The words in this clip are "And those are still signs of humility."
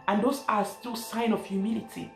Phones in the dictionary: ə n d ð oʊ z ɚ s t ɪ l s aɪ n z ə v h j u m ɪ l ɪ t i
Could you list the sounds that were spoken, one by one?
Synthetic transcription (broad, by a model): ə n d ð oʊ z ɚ s t ɪ l s aɪ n ə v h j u m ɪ l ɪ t i